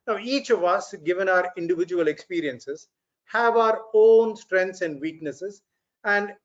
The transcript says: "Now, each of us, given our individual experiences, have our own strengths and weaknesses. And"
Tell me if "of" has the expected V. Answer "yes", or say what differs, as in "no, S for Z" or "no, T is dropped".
yes